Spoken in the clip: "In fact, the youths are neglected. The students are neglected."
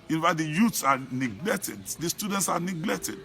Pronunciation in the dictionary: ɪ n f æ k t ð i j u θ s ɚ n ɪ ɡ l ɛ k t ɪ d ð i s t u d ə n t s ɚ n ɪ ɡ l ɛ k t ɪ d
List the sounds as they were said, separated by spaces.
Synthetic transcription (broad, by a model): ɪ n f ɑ t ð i j u t s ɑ n ɪ ɡ l ɛ k t ɪ d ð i s t u d ə n t s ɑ n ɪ ɡ l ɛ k t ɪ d